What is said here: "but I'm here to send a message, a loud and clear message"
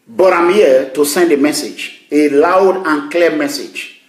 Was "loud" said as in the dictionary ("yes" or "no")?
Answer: yes